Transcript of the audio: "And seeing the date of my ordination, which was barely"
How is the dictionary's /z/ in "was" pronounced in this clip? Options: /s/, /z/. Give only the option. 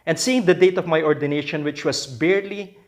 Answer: /s/